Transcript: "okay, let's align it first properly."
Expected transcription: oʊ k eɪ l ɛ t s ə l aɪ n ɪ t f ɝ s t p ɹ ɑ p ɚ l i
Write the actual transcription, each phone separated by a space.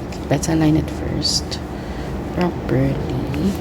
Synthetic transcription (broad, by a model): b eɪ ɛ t ə l aɪ n ɪ t f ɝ s t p ɹ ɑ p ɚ l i